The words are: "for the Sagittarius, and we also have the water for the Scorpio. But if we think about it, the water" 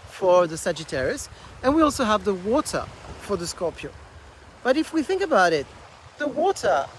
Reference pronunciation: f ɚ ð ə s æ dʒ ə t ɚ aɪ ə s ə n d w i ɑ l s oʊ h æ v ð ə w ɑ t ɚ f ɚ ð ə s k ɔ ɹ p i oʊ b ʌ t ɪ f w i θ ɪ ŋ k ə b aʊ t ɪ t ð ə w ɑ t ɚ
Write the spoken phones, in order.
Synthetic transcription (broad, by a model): f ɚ ð ə s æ dʒ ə t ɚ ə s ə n w i ɑ l s oʊ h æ v ð ə w ɑ t ɚ f ɚ ð ə s k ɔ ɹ p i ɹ b ʌ t ɪ f w i θ ɪ ŋ k ə b aʊ t ɪ t ð ə w ɑ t ɚ